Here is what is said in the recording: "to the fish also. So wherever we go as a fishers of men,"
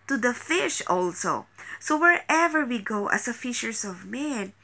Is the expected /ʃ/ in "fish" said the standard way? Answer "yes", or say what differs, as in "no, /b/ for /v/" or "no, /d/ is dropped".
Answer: yes